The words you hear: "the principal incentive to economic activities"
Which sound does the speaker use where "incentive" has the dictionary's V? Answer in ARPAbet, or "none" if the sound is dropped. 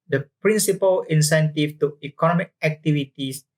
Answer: F